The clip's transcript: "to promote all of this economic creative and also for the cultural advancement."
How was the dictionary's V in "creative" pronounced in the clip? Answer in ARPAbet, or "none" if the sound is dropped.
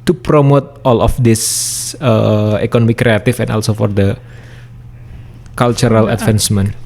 F